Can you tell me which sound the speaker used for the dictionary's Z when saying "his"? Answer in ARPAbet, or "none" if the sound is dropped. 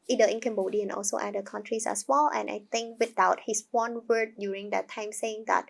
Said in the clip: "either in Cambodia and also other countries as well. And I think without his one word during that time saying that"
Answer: S